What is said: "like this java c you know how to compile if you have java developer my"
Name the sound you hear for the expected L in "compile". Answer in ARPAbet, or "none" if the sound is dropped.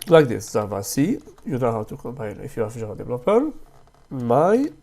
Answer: N